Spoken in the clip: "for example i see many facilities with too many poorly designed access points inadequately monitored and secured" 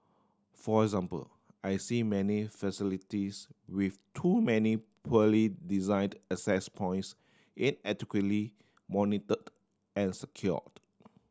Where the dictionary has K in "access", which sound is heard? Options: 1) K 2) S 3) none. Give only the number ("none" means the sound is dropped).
3